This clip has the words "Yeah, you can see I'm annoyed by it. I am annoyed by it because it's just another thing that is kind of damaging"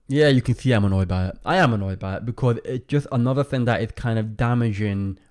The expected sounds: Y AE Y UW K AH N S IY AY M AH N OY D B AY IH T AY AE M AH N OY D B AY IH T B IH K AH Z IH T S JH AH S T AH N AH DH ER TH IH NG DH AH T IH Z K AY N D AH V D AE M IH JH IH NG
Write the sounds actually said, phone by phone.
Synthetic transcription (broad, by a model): Y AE Y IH K AH N S IY AY M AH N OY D B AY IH T AY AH M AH N OY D B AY IH T B IH K AH Z IH T S JH AH S T AH N AH DH ER TH IH NG DH AH T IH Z K AY N D AH V D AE M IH JH IH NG